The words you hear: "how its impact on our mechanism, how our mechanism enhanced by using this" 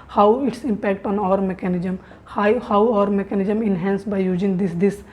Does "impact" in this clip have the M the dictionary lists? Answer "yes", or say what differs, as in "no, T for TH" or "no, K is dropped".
yes